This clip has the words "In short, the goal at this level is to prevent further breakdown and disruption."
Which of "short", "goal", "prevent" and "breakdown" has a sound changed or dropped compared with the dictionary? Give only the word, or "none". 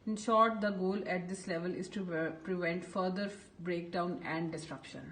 none